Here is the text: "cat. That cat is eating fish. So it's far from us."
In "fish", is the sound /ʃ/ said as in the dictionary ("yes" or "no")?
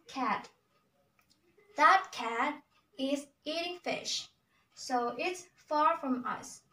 yes